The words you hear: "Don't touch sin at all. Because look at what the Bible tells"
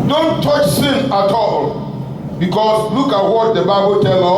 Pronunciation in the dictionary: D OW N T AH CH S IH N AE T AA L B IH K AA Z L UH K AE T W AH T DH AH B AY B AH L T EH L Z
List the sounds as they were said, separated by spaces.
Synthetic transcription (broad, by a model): D OW N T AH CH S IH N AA T AA L B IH K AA S L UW K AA T W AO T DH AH B AY B AH L T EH L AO